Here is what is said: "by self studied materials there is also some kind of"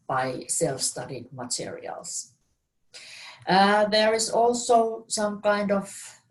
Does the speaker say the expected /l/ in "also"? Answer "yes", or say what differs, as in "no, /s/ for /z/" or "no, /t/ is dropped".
yes